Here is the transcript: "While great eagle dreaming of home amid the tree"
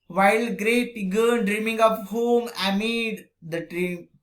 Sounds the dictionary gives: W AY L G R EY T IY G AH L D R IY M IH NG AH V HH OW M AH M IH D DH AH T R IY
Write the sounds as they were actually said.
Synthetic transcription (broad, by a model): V AY L G R EY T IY G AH N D R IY M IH NG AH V HH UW M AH M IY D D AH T R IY